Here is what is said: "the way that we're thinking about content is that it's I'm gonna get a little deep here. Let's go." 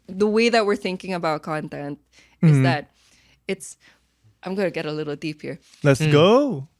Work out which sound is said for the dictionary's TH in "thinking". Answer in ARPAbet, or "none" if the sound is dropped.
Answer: TH